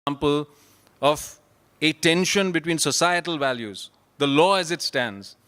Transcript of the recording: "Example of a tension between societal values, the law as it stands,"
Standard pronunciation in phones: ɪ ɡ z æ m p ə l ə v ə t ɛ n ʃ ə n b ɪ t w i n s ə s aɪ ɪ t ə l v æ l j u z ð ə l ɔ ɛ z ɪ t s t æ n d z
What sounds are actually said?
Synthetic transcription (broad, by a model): m p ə l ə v ə t ɛ n ʃ ə n b ɪ t w i n s ə s aɪ ɪ t ə l v æ l j u z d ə l ɔ ɛ z ɪ t s t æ n d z